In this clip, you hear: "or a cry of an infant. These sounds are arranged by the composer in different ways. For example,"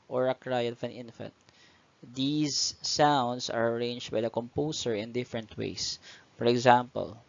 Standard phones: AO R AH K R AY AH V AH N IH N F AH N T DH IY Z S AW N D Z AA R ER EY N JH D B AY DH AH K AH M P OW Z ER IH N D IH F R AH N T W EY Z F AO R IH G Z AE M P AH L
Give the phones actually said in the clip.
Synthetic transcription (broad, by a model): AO R AH K R AY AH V AH N IH N F AH N T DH IY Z S AW N D S AA R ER EY N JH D B AY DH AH K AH M P OW S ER IH N D IH F R AH N T W EY S F AO R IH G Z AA M P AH L